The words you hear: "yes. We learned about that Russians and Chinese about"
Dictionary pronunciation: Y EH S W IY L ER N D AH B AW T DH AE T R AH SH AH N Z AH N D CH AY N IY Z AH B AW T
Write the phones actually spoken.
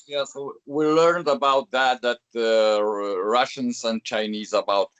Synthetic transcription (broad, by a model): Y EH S W IY L ER N D AH B AW T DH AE T R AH SH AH N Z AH N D CH AY N IY Z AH B AW T